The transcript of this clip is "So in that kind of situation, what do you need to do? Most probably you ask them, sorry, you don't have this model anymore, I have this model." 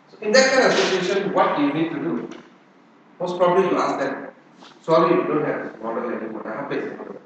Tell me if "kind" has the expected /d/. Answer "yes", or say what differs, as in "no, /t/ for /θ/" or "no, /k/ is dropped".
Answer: no, /d/ is dropped